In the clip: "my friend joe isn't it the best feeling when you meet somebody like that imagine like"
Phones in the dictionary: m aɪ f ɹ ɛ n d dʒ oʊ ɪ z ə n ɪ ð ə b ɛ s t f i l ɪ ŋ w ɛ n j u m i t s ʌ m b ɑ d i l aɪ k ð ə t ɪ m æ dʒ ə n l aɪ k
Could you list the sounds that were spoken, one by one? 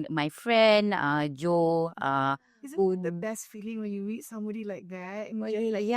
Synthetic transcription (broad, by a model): m aɪ f ɹ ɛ n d dʒ oʊ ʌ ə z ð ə b ɛ s t f i l ɪ ŋ w ɛ n j u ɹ i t s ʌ m b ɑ d i l aɪ k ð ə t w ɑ ə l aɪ